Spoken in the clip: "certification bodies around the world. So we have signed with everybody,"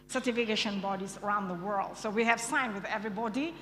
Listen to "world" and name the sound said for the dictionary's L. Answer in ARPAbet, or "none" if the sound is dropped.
L